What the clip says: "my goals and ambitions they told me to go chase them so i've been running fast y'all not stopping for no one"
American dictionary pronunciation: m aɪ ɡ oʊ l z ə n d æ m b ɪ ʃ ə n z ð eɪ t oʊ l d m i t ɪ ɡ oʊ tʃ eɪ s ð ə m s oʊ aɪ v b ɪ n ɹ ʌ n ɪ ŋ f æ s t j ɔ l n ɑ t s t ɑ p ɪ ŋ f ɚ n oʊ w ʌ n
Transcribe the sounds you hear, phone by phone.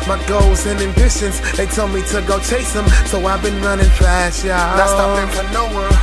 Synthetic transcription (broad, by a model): m aɪ ɡ oʊ l z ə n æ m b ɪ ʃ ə n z ð eɪ t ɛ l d m i t ɪ ɡ oʊ tʃ eɪ s ð ə m s oʊ aɪ v b ɪ n ɹ ʌ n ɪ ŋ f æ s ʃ j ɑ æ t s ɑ ɪ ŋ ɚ n oʊ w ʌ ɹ